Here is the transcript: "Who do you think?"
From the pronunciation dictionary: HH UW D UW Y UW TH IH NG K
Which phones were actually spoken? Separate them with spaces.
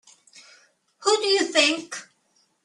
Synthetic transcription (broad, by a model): HH UW D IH Y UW TH IH NG K